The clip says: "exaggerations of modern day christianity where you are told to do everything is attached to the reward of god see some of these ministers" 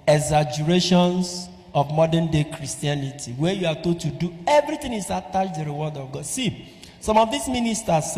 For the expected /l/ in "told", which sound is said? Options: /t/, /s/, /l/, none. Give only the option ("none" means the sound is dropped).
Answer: none